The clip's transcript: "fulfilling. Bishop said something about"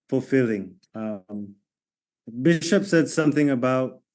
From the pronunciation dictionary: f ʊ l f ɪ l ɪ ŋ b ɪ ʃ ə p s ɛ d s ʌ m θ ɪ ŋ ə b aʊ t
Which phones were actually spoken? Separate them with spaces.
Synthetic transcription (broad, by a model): f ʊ l f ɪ l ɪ ŋ b ɪ ʃ ə p s ɛ d s ʌ m θ ɪ ŋ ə b aʊ t